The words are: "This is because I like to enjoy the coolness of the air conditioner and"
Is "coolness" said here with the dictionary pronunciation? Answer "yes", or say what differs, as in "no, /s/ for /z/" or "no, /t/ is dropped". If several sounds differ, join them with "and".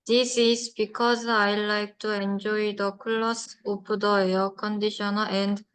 no, /n/ is dropped